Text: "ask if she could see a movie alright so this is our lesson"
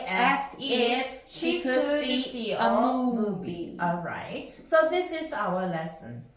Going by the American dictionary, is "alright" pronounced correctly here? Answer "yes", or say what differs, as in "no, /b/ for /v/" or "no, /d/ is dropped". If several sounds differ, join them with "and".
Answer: yes